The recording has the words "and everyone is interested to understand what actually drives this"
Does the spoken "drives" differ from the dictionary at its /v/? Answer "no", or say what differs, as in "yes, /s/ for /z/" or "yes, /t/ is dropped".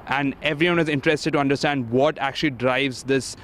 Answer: no